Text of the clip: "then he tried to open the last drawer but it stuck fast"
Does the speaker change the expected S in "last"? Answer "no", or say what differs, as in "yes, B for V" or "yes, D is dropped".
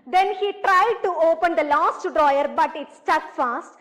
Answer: no